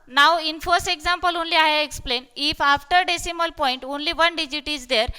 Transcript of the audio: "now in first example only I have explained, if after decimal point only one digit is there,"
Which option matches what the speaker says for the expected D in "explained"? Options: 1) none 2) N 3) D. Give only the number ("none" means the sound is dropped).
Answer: 1